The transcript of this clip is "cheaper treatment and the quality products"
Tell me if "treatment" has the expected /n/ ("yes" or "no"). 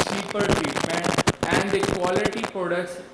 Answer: yes